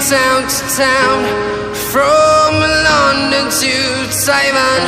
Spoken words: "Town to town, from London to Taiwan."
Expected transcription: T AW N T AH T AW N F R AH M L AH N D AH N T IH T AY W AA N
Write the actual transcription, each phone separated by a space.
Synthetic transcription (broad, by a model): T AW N T AH T AW N F R AH M L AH N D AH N T IH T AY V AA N